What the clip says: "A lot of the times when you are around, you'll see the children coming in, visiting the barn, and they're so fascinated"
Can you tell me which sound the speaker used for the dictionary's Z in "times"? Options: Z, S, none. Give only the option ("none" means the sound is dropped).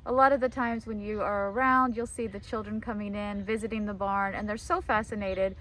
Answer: Z